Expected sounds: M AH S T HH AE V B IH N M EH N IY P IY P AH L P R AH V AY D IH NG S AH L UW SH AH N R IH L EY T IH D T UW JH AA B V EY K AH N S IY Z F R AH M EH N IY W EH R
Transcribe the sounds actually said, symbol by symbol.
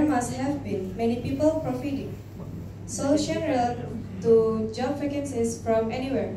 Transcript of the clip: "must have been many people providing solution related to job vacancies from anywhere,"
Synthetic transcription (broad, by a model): M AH S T HH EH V B IH N M EH N IY P IY P AH L P R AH F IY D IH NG S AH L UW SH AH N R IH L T T UW JH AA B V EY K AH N S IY S F R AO M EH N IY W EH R